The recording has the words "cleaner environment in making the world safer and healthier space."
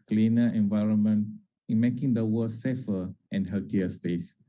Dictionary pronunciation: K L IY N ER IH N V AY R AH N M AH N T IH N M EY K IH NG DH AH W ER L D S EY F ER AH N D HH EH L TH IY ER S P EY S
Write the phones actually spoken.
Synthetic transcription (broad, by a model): K L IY N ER IH N V AY R AH N M AH N T IH N M EY K IH NG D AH W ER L S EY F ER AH N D HH EH L T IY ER S P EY S